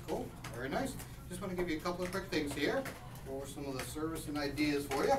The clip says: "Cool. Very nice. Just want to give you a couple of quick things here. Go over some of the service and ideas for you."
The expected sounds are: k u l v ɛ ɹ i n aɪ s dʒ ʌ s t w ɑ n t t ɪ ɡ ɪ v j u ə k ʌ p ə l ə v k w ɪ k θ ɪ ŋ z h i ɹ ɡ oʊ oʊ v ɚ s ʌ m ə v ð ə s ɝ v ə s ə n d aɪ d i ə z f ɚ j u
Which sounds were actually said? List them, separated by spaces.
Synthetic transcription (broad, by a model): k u l v ɛ ɹ i n aɪ s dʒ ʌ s t w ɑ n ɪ ɡ ɪ v j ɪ ə k ʌ p l ə v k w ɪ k θ ɪ ŋ z h i ɹ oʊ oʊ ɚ s ʌ m ə v ð ə s ɝ v ə s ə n aɪ d i ə z f ɚ j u